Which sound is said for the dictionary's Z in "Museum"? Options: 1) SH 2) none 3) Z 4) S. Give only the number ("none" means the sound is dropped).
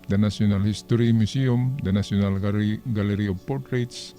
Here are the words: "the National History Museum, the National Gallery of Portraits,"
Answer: 4